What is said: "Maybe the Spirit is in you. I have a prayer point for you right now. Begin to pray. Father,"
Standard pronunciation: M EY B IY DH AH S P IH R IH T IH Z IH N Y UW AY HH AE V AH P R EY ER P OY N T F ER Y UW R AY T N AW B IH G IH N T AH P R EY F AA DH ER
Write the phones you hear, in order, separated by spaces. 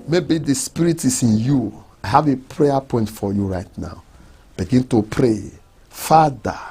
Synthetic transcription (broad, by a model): M EY B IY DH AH S P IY R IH T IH S IH N Y UW AY HH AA V AH P R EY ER P OY N T F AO Y UW R AY T N AW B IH G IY N T AH P R EY F AA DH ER